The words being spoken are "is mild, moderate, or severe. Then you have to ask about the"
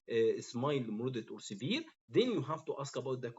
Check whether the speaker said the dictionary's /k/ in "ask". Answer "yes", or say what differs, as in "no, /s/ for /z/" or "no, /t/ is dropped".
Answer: yes